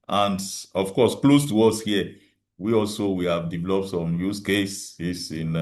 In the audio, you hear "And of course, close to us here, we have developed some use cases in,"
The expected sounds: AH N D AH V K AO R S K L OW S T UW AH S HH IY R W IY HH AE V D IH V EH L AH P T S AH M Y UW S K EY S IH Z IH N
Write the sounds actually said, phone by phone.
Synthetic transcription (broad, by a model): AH N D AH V K AO S K L OW S T UW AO S HH IY W W IY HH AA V D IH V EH L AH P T S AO M Y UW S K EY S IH S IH N